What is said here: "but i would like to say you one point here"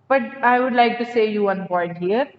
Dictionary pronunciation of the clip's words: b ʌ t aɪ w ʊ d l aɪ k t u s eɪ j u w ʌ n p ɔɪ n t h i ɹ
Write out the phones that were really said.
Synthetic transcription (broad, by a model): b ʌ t aɪ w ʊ d l aɪ k t u s eɪ j u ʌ n b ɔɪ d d h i ɹ